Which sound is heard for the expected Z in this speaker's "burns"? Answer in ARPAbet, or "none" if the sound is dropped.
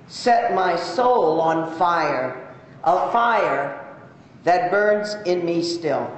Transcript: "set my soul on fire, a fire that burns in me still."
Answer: Z